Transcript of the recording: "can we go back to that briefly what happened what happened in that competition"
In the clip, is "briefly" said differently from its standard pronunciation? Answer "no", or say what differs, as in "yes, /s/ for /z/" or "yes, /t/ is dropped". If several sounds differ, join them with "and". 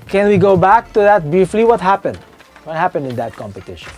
yes, /ɹ/ is dropped